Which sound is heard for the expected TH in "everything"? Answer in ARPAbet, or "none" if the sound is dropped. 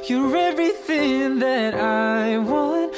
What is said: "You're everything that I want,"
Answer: TH